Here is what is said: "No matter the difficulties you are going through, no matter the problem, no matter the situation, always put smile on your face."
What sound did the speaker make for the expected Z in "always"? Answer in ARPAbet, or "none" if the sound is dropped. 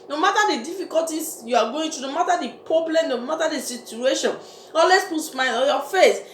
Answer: S